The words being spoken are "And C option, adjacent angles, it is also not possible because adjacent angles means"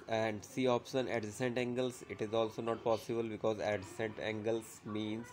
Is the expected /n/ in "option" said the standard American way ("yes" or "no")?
yes